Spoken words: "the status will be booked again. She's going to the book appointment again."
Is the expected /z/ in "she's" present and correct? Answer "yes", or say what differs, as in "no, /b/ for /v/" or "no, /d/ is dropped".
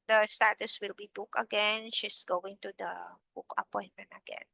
no, /s/ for /z/